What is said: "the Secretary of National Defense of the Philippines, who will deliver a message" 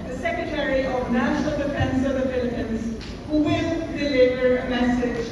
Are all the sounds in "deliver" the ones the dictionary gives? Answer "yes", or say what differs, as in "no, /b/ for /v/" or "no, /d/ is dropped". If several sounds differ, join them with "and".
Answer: no, /b/ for /v/